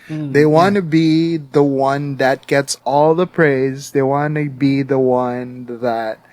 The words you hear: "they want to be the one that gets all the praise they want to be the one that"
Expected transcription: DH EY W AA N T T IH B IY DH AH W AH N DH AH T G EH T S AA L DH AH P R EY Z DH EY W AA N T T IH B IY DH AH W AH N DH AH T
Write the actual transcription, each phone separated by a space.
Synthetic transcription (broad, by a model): DH EY W AA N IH B IY DH AH W AH N DH AH T G EH T S AA L DH AH P R EY Z DH EY W AA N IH B IY DH AH W AH N DH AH T